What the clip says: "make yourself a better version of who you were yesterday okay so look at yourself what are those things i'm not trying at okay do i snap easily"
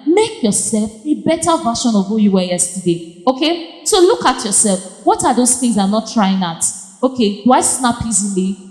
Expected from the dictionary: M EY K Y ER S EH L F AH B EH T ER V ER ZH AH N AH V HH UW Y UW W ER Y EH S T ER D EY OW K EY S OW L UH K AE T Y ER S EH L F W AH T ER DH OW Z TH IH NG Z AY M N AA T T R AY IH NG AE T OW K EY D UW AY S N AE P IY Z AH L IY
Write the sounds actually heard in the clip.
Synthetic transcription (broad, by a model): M EY K Y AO S EH L F AH B EH T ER V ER SH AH N AH V HH UW Y UW W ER Y EH S T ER D EY OW K EY S OW L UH K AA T Y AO S EH L F W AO T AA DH OW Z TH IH NG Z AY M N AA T T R AY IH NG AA T OW K EY D UW AY S N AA P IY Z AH L IY